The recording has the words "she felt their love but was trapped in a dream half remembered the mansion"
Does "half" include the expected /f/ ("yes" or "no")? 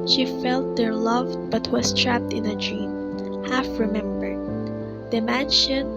yes